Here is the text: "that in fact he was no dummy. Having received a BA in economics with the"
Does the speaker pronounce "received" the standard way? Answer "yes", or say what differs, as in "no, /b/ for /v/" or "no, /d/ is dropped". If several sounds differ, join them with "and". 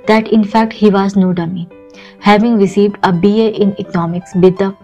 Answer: yes